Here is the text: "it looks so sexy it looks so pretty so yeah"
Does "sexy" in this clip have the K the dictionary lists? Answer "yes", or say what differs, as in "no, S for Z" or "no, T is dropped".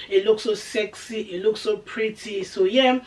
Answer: yes